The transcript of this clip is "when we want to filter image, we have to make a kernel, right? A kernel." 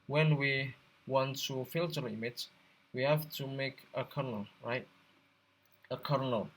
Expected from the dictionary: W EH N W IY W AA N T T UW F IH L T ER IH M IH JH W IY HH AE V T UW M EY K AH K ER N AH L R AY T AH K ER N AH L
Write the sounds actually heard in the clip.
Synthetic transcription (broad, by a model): W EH N W IY W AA N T T UW F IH L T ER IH M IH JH W IY HH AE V T UW M EY K AH K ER N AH L R AY T AH K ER N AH L